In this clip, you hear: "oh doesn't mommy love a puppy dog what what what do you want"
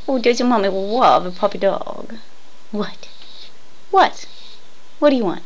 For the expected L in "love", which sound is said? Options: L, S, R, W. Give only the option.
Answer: W